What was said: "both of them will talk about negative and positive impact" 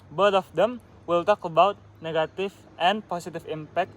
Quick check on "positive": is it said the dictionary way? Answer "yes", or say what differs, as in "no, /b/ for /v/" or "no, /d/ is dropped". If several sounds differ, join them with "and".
no, /s/ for /z/ and /f/ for /v/